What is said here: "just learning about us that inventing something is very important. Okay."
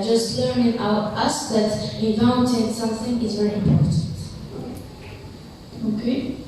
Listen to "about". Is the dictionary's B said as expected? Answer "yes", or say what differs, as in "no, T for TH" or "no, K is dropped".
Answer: no, B is dropped